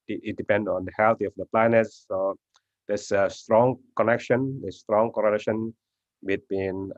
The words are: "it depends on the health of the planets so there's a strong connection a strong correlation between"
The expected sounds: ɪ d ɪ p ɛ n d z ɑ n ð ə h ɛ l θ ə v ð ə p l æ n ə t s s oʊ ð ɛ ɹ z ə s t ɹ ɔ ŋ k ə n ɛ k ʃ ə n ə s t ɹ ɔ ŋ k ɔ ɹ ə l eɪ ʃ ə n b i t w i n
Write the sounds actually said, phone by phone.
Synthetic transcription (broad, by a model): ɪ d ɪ p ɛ n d ɑ n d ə h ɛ l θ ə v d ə p l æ n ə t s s oʊ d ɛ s ə s t ɹ ɔ ŋ k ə n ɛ k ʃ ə n ə s t ɹ ɔ ŋ k ɔ ɹ ə l eɪ ʃ ə n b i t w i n